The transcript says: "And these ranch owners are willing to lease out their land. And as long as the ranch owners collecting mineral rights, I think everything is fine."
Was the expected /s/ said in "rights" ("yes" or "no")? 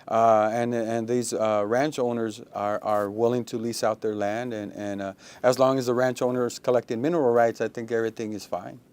yes